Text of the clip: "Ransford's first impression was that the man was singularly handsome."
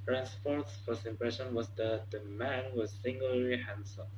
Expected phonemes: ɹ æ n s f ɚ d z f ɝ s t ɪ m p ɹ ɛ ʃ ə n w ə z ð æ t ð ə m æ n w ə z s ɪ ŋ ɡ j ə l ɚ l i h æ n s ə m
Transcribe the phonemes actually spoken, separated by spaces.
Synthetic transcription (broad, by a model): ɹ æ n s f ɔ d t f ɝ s ɪ m p ɹ ɛ ʃ ə n w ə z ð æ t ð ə m æ n w ə z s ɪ ŋ ɡ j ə l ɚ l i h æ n s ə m